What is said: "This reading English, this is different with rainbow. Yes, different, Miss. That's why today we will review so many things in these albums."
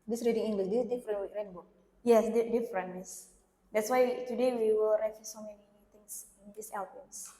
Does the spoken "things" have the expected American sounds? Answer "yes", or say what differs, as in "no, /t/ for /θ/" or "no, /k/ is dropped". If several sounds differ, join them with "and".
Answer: no, /t/ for /θ/ and /s/ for /z/